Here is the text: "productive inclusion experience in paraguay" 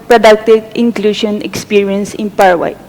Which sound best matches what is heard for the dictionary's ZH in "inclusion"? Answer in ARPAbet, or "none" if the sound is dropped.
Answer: SH